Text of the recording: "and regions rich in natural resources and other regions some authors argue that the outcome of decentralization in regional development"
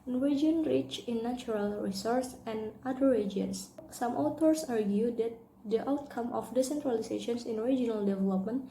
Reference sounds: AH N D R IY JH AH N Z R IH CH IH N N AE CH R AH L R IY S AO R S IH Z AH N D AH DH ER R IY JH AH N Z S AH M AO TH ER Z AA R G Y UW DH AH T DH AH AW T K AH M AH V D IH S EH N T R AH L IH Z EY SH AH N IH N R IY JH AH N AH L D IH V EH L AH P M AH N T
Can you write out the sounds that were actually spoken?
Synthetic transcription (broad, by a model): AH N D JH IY AH N R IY CH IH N N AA CH R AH L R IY S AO R S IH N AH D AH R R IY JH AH N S S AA M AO T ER S AA R G Y UW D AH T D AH AW T K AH M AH F D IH S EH N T R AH L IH S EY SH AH N IH N R IY JH AH N AH L D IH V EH L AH P M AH N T